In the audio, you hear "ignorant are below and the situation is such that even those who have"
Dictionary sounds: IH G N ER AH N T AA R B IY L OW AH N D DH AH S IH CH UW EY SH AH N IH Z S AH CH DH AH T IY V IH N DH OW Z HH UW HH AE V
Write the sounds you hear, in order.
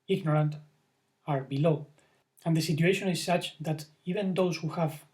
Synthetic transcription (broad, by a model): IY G N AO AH N T AA R B IY L OW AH N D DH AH S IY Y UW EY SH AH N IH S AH CH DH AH T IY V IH N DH OW S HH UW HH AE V